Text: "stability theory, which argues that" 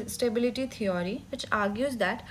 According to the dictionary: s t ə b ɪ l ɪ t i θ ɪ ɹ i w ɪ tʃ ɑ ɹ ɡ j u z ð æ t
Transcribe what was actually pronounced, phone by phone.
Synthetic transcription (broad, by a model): s t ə b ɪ l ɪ t i t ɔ ɹ i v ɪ tʃ ɑ ɹ ɡ j u z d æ t